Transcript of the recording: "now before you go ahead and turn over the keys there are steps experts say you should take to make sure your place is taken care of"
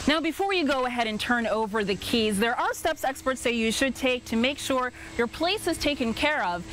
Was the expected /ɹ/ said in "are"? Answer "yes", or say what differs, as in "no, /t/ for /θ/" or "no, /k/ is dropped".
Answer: no, /l/ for /ɹ/